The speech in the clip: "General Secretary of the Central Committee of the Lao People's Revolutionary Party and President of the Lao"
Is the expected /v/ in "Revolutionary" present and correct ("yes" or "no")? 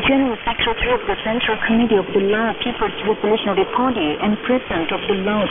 no